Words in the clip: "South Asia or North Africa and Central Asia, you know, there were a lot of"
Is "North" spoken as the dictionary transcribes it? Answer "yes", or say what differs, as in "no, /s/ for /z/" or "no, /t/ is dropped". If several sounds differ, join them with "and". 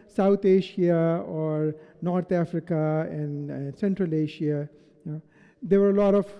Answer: no, /t/ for /θ/